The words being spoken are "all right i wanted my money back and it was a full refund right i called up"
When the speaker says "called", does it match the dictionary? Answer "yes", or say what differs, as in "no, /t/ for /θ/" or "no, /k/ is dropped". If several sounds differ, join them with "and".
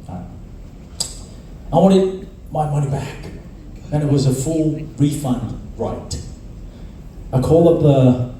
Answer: no, /d/ is dropped